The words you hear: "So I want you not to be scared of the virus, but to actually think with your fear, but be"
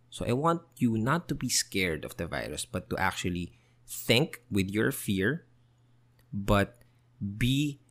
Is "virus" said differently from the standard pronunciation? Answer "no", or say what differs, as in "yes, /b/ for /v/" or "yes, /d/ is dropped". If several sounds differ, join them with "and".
no